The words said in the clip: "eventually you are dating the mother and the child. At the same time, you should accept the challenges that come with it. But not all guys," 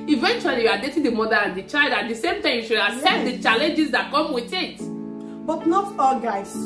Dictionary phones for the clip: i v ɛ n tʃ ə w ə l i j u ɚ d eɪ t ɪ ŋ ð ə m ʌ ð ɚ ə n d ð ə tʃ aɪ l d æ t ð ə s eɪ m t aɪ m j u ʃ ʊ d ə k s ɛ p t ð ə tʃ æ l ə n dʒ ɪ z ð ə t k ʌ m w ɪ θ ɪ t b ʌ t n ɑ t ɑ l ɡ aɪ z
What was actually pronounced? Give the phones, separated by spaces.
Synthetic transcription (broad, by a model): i v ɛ n tʃ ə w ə l i j u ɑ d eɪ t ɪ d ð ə m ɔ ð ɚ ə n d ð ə tʃ aɪ l d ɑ t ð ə s eɪ m t aɪ m j u ʃ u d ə s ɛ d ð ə tʃ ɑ l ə n dʒ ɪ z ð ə t k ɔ m w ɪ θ ɪ t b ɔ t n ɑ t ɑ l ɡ aɪ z